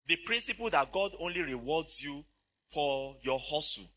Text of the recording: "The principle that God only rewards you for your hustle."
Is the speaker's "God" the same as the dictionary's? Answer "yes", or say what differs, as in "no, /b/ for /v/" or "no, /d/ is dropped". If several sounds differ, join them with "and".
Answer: yes